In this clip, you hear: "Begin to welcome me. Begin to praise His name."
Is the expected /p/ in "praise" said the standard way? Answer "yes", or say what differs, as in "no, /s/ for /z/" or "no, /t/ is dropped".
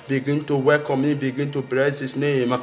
no, /b/ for /p/